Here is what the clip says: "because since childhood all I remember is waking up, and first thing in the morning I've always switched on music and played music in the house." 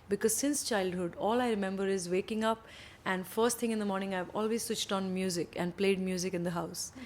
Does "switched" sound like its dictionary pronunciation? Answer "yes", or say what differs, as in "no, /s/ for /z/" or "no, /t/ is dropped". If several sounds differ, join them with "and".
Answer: yes